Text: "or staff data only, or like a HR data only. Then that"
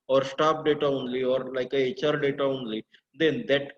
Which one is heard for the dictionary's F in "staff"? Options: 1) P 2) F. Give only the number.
1